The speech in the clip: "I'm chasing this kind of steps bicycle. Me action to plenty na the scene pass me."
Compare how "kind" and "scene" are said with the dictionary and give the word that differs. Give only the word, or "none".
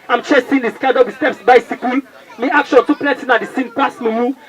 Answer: kind